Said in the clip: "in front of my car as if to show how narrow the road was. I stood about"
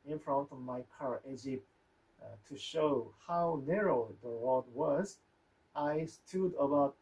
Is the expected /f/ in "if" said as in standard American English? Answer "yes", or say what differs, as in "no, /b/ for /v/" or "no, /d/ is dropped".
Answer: no, /p/ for /f/